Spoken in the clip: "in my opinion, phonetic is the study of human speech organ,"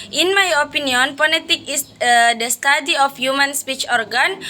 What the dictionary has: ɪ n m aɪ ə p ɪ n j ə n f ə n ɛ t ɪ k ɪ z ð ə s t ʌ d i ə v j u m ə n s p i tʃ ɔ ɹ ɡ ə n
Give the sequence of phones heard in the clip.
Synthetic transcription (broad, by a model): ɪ n m aɪ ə p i n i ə n p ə l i t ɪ k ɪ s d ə s t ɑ d i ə f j u m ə n s p i tʃ ɔ ɹ ɡ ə n